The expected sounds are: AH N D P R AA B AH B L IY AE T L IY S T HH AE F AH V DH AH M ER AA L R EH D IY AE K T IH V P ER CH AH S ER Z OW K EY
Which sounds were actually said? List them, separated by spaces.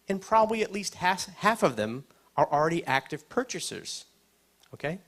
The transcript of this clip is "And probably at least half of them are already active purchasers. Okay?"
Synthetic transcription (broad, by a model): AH N P R AA B AH B L IY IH T L IY S T HH AE F AH V DH AH M ER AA L R EH D IY AE K T IH V P ER CH AH S ER Z OW K EY